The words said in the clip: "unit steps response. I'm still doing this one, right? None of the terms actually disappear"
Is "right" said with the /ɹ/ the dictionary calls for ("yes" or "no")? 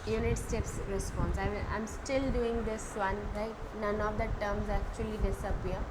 no